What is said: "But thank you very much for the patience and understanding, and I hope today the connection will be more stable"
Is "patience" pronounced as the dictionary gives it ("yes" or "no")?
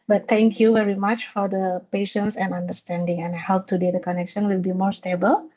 yes